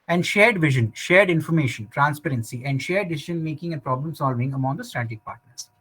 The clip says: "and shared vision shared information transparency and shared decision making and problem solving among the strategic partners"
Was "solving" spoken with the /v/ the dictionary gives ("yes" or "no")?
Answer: yes